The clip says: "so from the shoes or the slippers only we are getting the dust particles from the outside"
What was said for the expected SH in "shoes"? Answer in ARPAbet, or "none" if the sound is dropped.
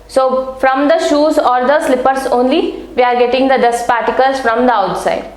SH